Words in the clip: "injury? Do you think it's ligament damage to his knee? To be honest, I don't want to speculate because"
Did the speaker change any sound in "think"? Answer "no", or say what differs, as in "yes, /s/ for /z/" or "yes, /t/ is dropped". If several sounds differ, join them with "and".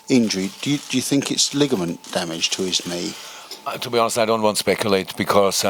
no